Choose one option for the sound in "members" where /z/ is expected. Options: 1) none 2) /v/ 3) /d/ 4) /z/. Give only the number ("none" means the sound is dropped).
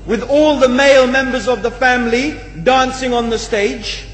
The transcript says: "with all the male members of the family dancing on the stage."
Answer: 4